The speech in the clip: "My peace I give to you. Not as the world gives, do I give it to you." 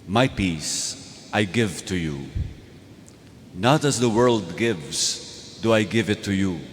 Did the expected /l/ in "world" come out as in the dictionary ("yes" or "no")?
yes